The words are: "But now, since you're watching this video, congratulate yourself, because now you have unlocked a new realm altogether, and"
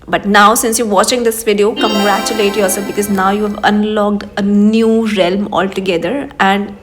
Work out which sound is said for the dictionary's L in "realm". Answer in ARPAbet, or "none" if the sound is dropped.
L